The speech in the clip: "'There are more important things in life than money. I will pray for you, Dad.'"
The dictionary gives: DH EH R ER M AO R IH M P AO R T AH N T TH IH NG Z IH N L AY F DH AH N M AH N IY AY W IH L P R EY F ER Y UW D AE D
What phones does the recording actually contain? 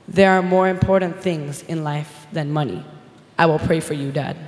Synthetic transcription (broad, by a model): DH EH R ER M AO R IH M P AO R T N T TH IH NG Z IH N L AY F DH AH N M AH N IY AY W IH L P R EY F ER Y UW D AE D